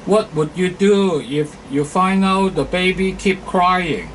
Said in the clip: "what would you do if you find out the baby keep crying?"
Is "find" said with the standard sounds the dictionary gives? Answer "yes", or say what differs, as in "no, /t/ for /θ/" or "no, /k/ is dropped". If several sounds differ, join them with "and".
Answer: no, /d/ is dropped